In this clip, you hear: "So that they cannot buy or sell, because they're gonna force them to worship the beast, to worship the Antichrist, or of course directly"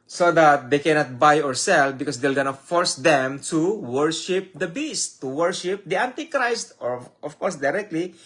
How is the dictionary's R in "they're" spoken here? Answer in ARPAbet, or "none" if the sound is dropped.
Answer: L